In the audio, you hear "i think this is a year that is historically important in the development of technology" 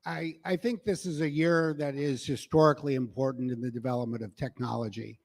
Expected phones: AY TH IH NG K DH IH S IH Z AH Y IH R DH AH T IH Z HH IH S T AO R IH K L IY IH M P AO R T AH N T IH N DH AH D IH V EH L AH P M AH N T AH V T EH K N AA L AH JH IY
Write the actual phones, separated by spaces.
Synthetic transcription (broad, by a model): AY TH IH NG K DH IH S IH Z AH Y IH R DH AH T IH Z HH IH S T AO R IH K L IY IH M P AO R T N T IH N DH AH D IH V EH L AH P M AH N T AH V T EH K N AA L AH JH IY